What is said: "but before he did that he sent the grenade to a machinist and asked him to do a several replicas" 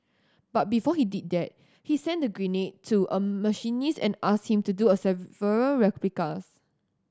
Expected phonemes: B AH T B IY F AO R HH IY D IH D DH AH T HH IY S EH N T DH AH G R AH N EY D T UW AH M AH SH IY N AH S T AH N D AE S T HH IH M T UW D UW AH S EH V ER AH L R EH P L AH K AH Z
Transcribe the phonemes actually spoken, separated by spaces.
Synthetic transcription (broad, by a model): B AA T B IY F AO HH IY D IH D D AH T HH IY S EH N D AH G R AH N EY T UW AH M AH SH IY N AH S AH N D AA S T HH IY M T UW D UW AH S EH V ER AH L R EH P L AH K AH S